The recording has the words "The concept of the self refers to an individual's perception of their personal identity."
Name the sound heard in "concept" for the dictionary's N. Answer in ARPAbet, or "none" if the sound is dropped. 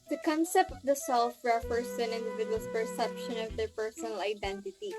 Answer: N